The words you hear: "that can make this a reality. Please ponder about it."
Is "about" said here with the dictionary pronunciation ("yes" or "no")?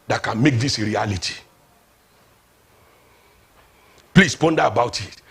yes